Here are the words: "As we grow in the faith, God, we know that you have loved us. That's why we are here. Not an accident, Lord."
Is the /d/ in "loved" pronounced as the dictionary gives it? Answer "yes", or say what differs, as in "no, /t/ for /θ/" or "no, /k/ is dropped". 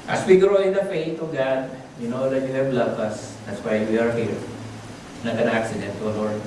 no, /d/ is dropped